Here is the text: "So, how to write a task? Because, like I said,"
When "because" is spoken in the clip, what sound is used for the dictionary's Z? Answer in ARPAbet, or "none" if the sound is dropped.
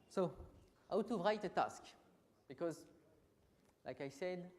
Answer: Z